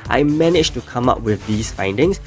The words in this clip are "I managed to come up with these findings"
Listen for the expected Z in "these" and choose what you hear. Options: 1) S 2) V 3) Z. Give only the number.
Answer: 1